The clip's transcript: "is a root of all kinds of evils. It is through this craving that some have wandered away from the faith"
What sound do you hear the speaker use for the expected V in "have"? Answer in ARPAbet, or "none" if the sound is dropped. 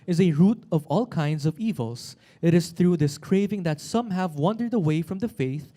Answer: V